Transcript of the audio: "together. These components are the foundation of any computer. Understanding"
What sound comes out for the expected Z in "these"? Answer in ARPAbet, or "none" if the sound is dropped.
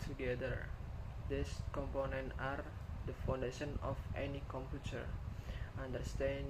S